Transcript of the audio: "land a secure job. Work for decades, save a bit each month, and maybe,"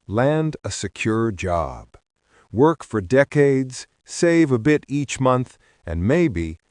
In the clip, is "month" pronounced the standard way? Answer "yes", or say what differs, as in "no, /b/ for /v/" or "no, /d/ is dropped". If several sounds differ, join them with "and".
yes